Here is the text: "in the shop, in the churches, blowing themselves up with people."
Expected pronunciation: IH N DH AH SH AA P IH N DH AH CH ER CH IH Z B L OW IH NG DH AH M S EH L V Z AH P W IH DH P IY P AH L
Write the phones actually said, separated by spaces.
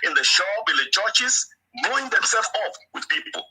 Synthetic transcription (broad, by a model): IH N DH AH SH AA IH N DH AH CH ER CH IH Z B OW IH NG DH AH M S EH L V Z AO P W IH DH P IY P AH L